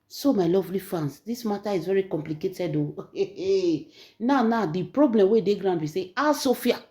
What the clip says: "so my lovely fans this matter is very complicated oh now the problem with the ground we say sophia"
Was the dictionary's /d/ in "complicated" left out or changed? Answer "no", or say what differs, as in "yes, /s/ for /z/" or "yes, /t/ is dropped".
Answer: no